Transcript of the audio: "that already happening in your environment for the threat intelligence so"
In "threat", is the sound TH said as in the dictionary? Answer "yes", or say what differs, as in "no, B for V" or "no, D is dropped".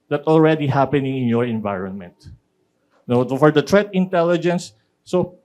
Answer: no, T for TH